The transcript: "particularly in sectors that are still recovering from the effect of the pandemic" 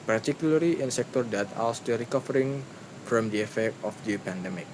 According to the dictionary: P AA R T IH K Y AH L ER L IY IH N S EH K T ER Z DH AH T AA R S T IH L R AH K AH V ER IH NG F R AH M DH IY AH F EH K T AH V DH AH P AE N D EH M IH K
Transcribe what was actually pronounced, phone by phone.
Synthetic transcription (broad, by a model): P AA R T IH K Y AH L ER L IY IH N S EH K T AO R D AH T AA L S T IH R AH K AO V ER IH NG F R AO M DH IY AH F EH K T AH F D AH P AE N D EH M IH K